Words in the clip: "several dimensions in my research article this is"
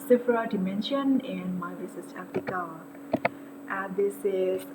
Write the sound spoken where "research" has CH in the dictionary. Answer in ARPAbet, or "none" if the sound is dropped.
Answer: S